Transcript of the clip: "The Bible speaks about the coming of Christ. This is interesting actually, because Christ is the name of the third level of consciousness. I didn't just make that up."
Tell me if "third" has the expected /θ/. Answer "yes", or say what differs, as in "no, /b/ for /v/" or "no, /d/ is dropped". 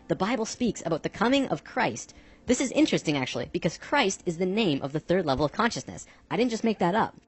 yes